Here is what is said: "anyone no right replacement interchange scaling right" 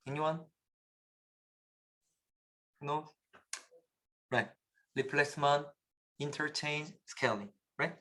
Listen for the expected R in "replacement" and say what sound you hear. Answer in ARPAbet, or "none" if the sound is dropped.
L